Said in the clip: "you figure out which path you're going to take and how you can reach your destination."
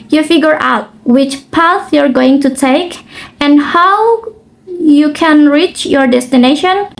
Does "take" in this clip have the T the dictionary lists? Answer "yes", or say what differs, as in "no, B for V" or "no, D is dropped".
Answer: yes